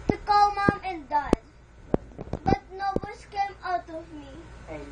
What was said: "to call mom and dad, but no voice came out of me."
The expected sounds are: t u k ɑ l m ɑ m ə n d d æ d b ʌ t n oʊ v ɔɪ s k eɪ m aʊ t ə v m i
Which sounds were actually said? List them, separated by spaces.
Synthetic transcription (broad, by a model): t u k ɑ l m ɑ m ə n d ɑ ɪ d b ʌ t n oʊ b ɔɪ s k eɪ m aʊ t ə v m i